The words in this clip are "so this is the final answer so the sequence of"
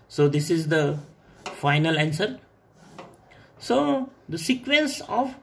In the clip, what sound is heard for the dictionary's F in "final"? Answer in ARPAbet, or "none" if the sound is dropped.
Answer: F